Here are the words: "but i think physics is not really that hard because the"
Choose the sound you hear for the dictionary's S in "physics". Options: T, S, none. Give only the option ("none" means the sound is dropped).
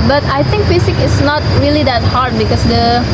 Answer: none